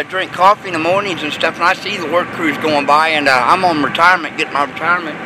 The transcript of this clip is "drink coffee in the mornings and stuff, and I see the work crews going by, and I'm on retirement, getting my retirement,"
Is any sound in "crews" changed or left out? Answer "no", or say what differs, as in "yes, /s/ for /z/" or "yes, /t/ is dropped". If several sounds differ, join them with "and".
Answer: no